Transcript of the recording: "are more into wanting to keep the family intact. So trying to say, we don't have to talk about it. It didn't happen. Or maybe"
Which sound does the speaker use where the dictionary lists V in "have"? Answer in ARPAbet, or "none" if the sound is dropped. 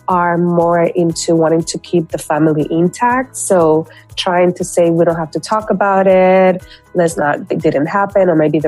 F